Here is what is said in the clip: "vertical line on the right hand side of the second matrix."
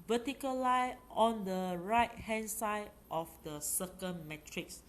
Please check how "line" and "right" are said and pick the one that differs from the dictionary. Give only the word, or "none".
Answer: line